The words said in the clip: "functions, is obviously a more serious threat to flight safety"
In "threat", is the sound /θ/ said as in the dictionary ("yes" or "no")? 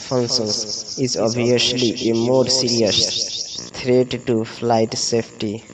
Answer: no